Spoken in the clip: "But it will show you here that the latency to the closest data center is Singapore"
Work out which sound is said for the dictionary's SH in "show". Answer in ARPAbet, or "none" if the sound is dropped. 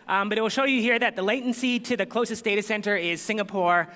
SH